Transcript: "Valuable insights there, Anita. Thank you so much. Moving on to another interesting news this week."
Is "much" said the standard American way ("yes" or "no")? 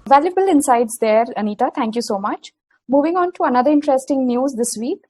yes